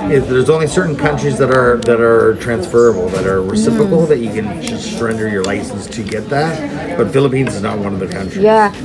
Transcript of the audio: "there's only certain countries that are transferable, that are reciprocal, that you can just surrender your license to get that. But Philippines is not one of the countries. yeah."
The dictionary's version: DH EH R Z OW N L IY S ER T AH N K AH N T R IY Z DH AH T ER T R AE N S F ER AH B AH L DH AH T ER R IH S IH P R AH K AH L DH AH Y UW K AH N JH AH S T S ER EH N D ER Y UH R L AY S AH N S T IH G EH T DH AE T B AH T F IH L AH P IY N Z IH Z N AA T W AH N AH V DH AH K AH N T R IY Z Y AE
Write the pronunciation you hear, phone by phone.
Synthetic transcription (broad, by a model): DH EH R Z OW N L IY S ER T N K AH N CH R IY Z DH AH T ER T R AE N S F ER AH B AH L DH AH T ER R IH S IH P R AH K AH L DH AH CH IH K AH N JH AH S T S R EH N D ER Y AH R L AY S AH N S T IH G EH T DH AE T B AH T F IH L AH P IY N Z IH Z N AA T W AH N AH V DH AH K AH N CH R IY Y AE